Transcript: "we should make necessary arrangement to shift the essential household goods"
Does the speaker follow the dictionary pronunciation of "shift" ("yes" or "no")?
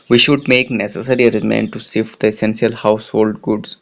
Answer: no